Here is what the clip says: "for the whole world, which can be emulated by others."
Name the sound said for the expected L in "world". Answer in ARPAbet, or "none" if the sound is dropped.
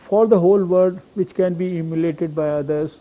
none